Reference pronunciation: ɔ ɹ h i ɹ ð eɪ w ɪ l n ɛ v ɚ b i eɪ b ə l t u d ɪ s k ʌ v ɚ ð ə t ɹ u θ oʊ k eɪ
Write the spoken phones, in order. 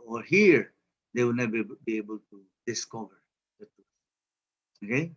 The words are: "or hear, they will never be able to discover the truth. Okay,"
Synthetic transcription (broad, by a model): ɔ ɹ h i ɹ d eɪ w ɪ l n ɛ b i b i eɪ b ə l t u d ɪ s k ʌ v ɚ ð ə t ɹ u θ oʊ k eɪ